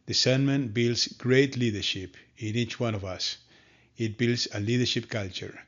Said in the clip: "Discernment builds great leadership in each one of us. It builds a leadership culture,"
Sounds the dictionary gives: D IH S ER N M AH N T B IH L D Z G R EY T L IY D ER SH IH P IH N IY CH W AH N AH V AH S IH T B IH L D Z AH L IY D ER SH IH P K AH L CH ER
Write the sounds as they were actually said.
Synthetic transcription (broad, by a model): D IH S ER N M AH N B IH L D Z G R EY T L IY D ER SH IH P IH N IY CH W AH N AH V AH S IH T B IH L D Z AH L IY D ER SH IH P K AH L CH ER